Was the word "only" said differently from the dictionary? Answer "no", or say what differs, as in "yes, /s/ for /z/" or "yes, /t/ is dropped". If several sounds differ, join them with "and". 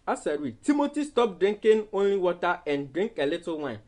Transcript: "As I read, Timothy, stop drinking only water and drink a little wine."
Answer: no